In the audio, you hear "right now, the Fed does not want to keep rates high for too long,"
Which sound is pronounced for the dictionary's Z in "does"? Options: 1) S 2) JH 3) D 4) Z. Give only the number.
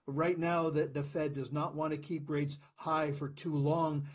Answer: 4